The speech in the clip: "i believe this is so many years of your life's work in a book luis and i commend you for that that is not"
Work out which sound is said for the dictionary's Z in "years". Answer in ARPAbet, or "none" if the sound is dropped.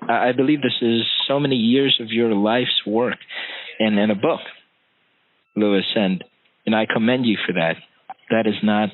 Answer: Z